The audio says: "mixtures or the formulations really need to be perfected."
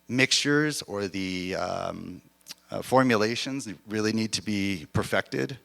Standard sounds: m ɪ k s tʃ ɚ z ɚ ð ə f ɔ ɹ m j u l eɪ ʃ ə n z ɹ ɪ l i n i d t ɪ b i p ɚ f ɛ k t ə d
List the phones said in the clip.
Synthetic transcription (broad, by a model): m ɪ k s tʃ ɚ z ɚ ð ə f ɔ ɹ m j u l eɪ ʃ ə n z ɹ ɪ l i n i d t ɪ b i p ɚ f ɛ k t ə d